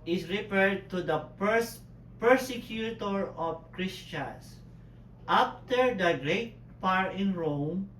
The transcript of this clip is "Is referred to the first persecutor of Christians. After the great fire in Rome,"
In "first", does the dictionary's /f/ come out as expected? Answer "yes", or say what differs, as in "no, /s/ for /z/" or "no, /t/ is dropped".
no, /p/ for /f/